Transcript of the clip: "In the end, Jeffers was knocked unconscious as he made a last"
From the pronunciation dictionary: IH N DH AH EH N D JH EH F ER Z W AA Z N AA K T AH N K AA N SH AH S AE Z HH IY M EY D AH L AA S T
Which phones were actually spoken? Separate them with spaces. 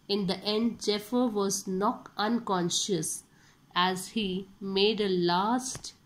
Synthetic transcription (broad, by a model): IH N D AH EH N D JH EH F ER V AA Z N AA T AH N K AA N SH AH S AE Z HH IY M EY D AH L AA S T